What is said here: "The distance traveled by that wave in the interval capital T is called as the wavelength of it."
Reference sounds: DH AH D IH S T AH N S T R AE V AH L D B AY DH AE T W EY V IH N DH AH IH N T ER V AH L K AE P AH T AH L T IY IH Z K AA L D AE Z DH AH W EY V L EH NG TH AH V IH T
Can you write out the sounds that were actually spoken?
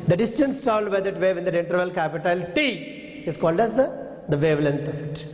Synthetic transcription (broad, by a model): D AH D IH S T AH N S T AA AH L D B AY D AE T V EY V IH N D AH IH N T ER V AH L K AE P AH T AH L T IY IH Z K AA L D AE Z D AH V EY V L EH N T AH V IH T